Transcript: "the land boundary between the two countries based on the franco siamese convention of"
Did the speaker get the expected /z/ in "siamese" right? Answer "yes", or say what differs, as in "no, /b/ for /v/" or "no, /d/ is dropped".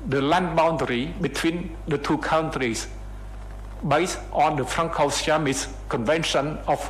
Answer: no, /s/ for /z/